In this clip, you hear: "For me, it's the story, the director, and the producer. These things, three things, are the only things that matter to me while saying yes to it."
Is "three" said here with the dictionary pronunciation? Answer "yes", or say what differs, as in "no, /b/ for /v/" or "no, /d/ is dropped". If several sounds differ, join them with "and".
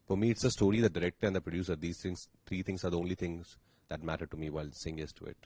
no, /t/ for /θ/